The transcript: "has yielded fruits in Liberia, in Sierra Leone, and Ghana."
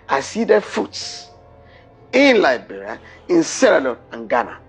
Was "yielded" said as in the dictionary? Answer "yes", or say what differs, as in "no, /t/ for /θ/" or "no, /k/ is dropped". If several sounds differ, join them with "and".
no, /l/ is dropped